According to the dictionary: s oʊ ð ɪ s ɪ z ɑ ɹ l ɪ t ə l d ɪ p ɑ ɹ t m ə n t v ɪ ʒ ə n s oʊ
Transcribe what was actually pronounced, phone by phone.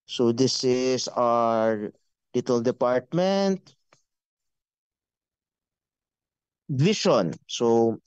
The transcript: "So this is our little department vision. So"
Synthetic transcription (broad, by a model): s oʊ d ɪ s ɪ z ɑ ɹ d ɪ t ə l d ɪ p ɑ ɹ t m ə n t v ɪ ʃ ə n s oʊ